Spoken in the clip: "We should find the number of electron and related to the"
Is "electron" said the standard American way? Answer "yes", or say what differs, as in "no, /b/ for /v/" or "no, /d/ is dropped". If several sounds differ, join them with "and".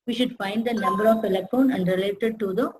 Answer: no, /ɹ/ is dropped